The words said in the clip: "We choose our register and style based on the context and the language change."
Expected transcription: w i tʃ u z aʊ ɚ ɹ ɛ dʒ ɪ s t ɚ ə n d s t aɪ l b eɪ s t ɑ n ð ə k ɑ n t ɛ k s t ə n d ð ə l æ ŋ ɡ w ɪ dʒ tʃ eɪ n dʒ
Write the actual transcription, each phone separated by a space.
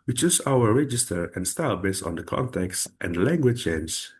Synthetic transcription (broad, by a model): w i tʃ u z aʊ ɚ ɹ ɛ dʒ ɪ s t ɚ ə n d s t aɪ l b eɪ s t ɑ n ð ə k ɑ n t ɛ k s t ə n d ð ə l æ ŋ ɡ w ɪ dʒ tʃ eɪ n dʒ